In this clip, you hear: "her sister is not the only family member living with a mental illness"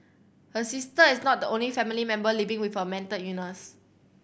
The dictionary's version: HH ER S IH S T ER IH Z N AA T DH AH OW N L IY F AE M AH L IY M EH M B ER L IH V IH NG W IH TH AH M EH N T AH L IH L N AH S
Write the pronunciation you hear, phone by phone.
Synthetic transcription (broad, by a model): HH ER S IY S T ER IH S N AA T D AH OW N L IY F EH M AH L IY M EH M B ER L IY V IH NG W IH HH AH M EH N T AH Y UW N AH S